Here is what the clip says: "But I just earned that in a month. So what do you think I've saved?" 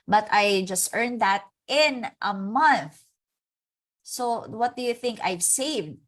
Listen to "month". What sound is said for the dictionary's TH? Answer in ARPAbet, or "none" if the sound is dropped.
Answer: TH